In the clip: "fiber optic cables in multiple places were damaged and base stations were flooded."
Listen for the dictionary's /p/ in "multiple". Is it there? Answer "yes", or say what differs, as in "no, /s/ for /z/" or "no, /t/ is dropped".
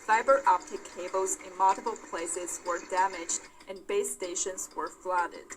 no, /b/ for /p/